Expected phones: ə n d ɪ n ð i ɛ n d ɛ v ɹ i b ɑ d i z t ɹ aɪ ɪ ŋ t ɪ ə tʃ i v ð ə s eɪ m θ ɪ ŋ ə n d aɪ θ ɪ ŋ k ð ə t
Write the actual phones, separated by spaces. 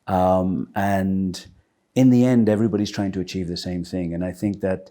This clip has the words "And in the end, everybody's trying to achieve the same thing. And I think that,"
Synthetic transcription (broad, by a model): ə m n ɪ n ð i ɛ n d ɛ v ɹ i b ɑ d i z t ɹ aɪ ɪ ŋ t ɪ ə tʃ i v ð ə s eɪ m θ ɪ ŋ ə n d aɪ θ ɪ ŋ k ð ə t